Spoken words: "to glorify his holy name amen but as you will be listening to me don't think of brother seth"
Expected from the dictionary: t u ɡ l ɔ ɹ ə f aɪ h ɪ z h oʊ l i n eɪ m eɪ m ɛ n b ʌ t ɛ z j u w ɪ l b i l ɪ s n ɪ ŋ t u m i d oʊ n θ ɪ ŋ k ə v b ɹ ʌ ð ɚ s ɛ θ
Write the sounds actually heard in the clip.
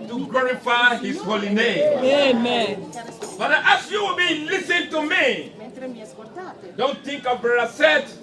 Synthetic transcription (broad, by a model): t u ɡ l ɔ ɹ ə f aɪ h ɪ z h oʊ l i n eɪ m eɪ m ɛ n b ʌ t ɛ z j u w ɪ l b i l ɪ s ɪ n t u m i d oʊ n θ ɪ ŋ k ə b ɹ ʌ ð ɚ s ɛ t